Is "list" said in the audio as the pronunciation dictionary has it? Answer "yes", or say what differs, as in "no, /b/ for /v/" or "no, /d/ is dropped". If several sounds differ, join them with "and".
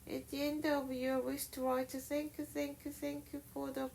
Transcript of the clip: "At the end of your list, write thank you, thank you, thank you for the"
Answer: no, /w/ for /l/ and /ʃ/ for /s/